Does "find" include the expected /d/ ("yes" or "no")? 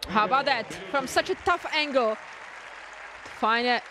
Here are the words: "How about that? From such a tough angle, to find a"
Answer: no